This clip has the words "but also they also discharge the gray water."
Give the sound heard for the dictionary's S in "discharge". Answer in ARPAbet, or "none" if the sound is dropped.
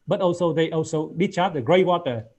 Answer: none